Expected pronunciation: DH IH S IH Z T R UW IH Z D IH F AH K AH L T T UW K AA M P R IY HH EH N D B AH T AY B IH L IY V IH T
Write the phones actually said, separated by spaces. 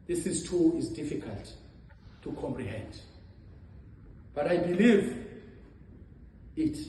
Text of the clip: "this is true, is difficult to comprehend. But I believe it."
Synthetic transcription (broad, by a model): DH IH S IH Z T UW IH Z D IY F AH K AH L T T UW K AA M P R IY HH EH N D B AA T AY B IH L IY V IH T